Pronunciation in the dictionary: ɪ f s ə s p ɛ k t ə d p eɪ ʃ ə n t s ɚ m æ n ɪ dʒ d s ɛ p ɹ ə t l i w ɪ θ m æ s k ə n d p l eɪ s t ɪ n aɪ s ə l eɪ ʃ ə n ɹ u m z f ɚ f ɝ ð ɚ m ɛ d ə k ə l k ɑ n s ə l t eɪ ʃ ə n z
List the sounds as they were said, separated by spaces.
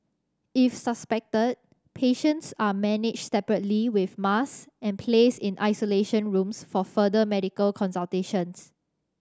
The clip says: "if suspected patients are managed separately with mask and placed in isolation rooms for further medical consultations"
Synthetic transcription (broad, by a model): ɪ f s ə s p ɛ k t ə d p eɪ ʃ ə n t s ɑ m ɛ n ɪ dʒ s ɛ p ɹ ə t l i w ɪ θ m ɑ s ə n p l eɪ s ɪ n aɪ s ə l eɪ ʃ ə n ɹ u m s f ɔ f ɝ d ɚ m ɛ d ə k ə l k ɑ n s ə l t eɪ ʃ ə n s